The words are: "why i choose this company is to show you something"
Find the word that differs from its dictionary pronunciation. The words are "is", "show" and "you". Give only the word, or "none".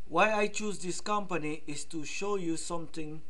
is